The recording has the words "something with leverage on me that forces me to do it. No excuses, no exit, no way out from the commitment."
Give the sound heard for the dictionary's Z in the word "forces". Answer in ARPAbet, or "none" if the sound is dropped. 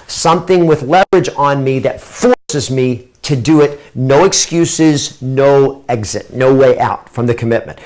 Z